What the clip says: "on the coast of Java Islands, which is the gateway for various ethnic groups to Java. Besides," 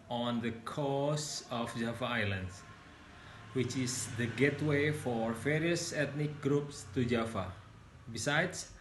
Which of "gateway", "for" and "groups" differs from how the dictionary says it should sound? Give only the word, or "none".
none